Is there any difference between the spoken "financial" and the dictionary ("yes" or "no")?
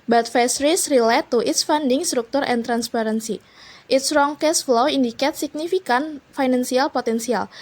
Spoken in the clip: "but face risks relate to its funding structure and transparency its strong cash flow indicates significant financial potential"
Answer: yes